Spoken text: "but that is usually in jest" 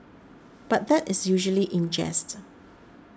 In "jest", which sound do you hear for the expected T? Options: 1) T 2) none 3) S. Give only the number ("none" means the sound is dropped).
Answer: 1